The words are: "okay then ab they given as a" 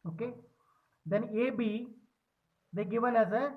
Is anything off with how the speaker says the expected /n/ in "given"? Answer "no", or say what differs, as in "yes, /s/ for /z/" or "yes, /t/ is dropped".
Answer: yes, /l/ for /n/